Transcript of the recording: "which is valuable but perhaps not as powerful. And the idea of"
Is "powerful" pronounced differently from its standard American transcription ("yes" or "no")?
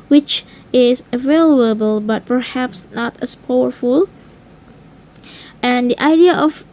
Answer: no